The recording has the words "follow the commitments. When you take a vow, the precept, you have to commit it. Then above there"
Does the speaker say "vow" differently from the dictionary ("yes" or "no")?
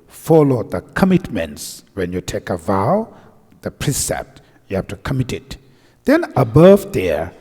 no